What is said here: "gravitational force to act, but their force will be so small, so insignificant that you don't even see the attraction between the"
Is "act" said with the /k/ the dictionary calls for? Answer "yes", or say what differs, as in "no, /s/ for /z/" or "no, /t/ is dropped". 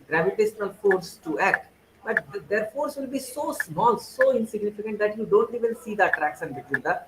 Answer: yes